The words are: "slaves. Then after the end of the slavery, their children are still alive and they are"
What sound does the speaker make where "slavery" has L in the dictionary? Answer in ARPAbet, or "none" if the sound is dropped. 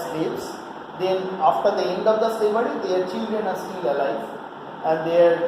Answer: none